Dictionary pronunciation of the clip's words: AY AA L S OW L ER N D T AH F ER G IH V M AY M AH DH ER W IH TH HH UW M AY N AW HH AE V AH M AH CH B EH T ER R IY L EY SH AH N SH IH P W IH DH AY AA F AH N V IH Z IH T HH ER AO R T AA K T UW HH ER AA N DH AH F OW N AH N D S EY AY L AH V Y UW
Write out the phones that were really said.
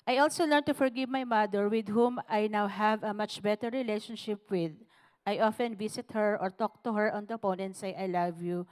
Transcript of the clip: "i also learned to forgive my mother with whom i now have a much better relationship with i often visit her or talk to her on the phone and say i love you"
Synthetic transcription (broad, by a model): AY AA L S OW L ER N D T AH F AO G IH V M AY M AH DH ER W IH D HH UW M AY N AW HH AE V AH M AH CH B EH T ER R IY L EY SH AH N SH IH P W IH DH AY AA F AH N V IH S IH T HH ER AO R T AA K T UW HH ER AA N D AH P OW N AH N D S EY AY L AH V Y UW